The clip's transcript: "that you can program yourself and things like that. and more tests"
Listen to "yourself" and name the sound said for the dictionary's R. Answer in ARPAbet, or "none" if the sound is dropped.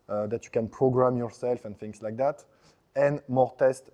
R